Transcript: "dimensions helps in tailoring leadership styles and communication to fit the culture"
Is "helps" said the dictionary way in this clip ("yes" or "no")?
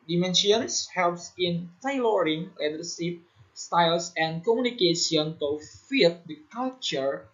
yes